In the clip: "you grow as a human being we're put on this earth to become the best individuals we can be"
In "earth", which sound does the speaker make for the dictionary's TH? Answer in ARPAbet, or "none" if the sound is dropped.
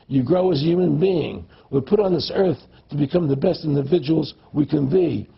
TH